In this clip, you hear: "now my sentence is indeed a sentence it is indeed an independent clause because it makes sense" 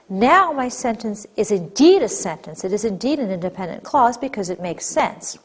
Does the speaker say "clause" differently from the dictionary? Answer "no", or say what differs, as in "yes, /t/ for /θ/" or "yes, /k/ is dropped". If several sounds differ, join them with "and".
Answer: no